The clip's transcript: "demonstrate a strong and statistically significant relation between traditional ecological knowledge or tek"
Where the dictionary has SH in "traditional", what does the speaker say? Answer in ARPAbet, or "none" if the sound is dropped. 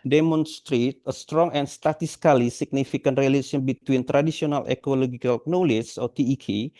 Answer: S